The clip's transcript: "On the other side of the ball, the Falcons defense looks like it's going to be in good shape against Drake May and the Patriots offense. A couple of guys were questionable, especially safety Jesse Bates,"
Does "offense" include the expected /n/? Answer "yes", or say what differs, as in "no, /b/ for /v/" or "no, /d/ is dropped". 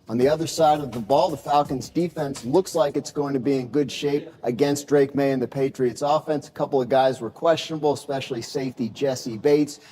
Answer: yes